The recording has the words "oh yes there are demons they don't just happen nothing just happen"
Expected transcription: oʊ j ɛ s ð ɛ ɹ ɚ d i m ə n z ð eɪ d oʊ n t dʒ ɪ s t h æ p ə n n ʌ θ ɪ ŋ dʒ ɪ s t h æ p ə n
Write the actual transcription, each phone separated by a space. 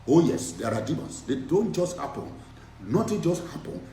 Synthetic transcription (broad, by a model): oʊ j ɛ s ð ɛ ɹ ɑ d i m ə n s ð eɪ d oʊ n t dʒ ɪ s t h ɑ p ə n n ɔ t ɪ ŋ dʒ ɪ s t h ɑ p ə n